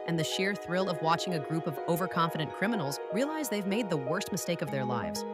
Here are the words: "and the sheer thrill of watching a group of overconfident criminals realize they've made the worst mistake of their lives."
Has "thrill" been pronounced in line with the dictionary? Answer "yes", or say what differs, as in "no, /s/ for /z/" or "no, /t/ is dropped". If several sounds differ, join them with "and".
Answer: yes